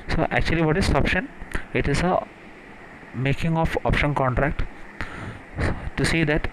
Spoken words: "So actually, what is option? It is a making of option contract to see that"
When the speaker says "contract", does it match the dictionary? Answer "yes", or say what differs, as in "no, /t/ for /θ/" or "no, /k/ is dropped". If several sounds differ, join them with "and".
yes